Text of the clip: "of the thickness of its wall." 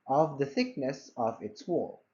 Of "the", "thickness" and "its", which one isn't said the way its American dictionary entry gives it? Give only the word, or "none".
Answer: none